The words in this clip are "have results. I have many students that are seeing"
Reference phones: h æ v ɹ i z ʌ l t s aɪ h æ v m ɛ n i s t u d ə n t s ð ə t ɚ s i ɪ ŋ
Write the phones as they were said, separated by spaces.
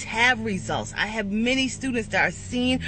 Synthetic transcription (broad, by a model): h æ v ɹ i z ʌ l t s aɪ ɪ v m ɛ n i s t u d n t s ð ə t ɚ s i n